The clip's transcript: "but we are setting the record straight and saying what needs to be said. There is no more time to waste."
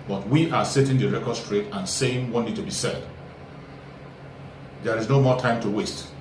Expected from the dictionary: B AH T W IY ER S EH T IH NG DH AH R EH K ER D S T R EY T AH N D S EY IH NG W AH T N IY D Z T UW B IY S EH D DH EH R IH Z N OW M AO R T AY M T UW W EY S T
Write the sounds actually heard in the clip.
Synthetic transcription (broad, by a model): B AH T W IY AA S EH T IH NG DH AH R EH K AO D S T R EY T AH N S EY IH NG W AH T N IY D T UW B IY S EH D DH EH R IH Z N OW M AO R T AY M T UW W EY S T